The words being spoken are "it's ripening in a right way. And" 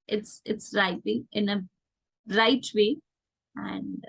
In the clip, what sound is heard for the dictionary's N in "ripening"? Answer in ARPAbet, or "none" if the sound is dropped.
none